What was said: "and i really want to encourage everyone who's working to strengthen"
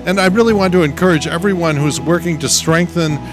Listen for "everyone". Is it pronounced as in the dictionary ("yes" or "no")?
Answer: yes